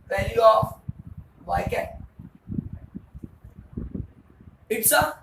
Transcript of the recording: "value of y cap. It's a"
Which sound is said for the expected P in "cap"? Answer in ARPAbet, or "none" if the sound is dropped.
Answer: none